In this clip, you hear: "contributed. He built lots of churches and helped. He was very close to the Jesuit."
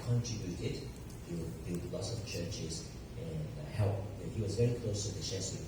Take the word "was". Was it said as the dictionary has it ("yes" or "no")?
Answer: yes